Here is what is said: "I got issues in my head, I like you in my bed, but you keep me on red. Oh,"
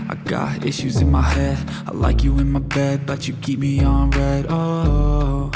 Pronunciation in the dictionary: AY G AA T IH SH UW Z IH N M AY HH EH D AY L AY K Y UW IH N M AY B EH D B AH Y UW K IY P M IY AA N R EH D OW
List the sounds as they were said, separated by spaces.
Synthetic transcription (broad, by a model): AY G AA T IH SH UW Z IH N M AY HH EH D AY L AY K Y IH IH N M AY B EH D B AH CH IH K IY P M IY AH N R EH D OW